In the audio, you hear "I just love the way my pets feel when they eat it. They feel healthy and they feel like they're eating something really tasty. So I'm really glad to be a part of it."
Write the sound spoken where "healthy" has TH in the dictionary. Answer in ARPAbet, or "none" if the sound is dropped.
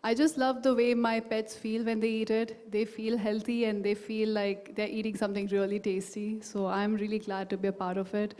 T